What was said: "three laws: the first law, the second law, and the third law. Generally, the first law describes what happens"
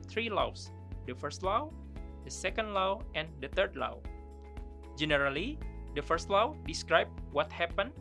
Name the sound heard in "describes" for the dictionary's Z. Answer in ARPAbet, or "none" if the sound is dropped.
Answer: none